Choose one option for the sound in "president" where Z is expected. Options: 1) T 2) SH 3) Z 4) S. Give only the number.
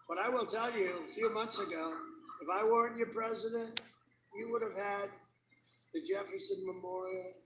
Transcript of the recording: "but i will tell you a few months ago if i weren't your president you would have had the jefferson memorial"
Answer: 3